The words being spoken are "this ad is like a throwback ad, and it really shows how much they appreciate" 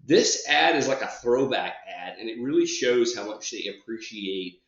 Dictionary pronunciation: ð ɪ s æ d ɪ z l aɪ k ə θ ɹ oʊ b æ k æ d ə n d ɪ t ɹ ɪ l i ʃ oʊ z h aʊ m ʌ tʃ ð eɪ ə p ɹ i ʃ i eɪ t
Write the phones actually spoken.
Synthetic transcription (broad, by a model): ð ɪ s æ d ɪ z l aɪ k ə θ ɹ oʊ b æ k æ d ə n ɪ t ɹ ɪ l i ʃ oʊ z h aʊ m ʌ tʃ ð eɪ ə p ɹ i ʃ i eɪ t